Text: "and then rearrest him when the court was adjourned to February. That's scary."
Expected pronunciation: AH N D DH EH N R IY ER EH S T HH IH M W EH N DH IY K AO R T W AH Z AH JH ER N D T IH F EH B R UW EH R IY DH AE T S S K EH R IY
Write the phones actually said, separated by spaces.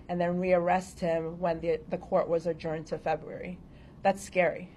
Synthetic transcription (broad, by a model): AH N DH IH N R IY ER EH S T HH IH M W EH N DH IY K AO R T W AH Z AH JH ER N T IH F EH B R UW EH R IY DH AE T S S K EH R IY